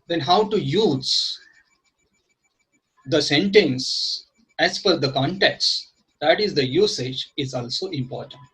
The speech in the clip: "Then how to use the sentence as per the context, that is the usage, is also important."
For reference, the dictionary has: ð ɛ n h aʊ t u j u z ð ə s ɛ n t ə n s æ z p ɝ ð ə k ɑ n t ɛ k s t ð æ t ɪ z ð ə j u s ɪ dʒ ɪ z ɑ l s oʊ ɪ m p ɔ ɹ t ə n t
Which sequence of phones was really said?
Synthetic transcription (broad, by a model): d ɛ n h aʊ t u j u z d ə s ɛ n t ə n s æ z f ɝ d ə k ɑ n t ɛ k s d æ t ɪ z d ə j u s ɪ dʒ ɪ z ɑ l s oʊ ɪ m p ɔ ɹ t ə n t